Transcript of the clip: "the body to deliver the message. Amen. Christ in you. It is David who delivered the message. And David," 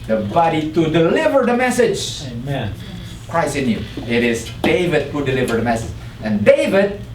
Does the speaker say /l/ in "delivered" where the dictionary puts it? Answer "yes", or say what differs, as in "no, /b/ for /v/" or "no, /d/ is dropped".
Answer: yes